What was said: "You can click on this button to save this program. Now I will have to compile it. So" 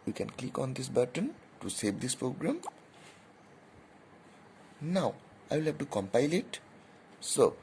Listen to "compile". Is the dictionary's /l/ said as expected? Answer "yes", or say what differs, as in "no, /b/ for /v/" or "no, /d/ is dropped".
yes